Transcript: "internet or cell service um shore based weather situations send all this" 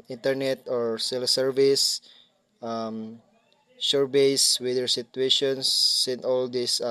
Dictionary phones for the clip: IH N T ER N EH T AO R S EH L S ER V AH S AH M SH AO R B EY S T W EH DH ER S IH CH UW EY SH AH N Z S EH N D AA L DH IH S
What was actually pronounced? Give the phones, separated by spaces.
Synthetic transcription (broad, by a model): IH N T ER N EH T AO R S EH L S ER V AH S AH M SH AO R B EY S W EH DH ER S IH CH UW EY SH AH N S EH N AA L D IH S